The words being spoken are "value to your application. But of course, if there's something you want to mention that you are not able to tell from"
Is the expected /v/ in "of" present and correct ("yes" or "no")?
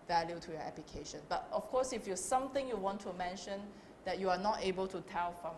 no